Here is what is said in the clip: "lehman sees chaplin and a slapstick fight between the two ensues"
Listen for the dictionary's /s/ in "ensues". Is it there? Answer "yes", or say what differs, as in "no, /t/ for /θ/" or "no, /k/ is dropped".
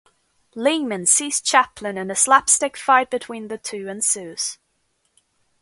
yes